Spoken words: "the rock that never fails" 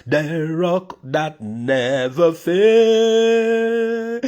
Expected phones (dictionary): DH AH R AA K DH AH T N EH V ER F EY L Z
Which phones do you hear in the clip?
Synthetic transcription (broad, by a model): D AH R AA K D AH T N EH V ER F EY